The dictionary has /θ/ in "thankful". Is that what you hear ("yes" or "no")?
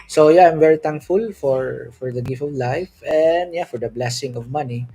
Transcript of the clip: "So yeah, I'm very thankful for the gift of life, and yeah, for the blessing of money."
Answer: no